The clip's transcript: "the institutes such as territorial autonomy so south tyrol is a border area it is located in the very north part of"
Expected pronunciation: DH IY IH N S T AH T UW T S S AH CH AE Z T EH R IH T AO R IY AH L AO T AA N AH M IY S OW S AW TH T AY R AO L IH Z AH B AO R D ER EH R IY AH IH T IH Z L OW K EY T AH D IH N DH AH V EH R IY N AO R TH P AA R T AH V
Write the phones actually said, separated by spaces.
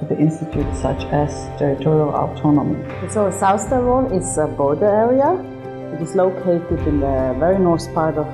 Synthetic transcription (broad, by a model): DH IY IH N S T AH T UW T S S AH CH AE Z T EH R IH T AO R IY AH L AO T AA N AH M IY S OW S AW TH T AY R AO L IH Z AH B AO R D ER EH R IY AH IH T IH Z L OW K EY T AH D IH N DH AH V EH R IY N AO R S P AA R T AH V